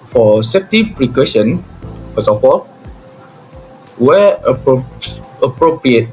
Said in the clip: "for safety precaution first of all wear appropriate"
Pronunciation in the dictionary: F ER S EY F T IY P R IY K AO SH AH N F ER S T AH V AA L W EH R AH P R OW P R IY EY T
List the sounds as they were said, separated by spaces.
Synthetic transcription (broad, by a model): F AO S EY F T IY P R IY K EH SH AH N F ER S AH F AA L W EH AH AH P R OW P R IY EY T